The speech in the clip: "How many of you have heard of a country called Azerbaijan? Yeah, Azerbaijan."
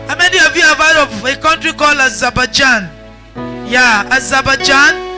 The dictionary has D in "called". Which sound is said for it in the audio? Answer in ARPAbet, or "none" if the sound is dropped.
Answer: none